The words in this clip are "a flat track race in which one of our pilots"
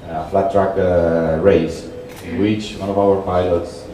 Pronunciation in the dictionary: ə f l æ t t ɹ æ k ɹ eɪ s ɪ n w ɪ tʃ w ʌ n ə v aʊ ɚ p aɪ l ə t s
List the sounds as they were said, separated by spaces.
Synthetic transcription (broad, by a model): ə f l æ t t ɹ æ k ɹ eɪ ɪ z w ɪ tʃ w ʌ n ə v aʊ ɚ p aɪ l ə t s